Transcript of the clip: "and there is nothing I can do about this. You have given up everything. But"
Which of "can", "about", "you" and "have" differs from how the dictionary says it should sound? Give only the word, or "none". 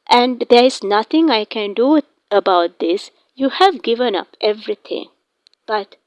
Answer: none